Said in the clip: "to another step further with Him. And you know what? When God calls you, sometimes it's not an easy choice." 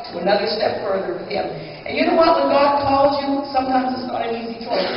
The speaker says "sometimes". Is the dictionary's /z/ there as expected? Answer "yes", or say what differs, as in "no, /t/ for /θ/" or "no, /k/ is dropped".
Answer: yes